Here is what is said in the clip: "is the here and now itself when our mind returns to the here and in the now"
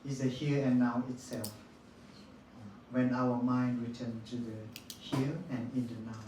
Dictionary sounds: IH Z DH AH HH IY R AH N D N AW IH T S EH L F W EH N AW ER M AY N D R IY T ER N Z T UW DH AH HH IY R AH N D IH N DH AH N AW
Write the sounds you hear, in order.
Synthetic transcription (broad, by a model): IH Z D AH HH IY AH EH N AW IH T S EH L F W EH N AW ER M AY N D R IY T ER N T UW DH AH HH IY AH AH N IH N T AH N AW